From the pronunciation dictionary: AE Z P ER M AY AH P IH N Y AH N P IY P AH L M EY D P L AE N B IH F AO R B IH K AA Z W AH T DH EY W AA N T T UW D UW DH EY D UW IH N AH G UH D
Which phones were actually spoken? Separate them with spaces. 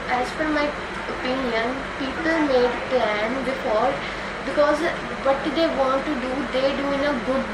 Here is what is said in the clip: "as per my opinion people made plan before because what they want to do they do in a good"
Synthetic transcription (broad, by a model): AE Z F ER M AY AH P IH N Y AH N P IY P AH L M EY D P L AE N B IH F AO R B IH K AA Z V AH T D EY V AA N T T UW D UW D EY D UW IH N AH G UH D